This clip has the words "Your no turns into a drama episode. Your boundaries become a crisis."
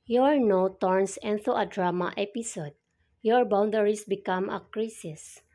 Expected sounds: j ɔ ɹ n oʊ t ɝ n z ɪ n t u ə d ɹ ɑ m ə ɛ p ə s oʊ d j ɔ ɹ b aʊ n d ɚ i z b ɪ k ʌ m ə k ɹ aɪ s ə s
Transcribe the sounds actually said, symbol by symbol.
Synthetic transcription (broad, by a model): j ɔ ɹ n oʊ t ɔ n s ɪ n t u ə d ɹ ɑ m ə ɛ p ə s oʊ d j ɔ ɹ b aʊ n d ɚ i s b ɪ k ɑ m ə k ɹ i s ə s